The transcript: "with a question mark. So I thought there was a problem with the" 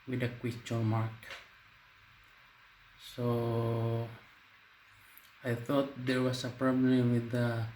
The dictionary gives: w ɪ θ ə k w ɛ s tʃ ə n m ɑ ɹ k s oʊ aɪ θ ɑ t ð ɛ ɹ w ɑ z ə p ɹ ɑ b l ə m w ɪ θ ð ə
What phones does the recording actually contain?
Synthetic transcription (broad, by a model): w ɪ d ə k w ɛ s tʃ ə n m ɑ ɹ k s oʊ aɪ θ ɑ t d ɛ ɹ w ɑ s ə p ɹ ɑ b l ə m w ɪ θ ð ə